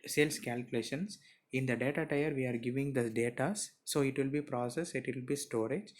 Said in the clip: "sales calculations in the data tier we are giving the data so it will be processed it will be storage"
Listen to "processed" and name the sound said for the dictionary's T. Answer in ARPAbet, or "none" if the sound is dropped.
none